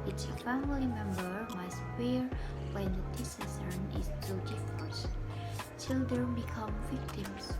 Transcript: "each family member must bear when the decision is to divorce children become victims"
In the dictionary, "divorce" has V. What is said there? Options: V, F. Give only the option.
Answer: F